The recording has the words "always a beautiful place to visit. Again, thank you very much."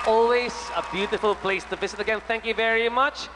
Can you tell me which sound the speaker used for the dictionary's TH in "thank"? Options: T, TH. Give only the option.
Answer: TH